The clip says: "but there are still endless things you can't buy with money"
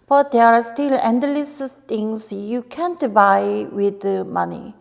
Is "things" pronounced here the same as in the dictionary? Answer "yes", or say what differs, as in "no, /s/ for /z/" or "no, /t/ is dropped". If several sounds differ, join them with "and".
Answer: no, /t/ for /θ/